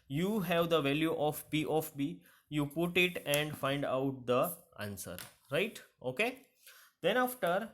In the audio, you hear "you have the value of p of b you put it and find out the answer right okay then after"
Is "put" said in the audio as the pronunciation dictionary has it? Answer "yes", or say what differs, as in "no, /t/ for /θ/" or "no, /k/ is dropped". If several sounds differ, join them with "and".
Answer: yes